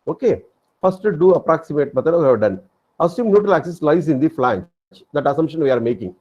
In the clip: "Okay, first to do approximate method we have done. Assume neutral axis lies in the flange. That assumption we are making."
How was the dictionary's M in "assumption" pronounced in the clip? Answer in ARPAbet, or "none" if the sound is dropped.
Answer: M